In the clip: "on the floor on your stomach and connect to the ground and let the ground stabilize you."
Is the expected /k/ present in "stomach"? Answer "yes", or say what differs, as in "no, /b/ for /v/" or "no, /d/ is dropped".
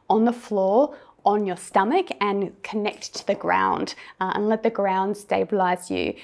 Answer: yes